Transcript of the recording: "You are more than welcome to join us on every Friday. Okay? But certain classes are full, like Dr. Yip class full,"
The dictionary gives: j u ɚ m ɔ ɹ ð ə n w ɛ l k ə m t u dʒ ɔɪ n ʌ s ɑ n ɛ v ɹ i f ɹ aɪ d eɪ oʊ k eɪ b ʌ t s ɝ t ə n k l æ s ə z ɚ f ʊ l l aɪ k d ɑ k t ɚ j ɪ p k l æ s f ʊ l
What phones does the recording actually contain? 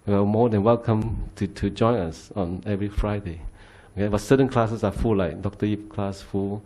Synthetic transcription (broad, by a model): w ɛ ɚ m ɔ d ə n w ɛ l k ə m t u dʒ ɔɪ n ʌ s ɑ n ɛ v ɹ i f ɹ aɪ d eɪ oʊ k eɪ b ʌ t s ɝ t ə n k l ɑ s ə s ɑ f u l l aɪ k d ɑ k t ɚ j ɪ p k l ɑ s f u l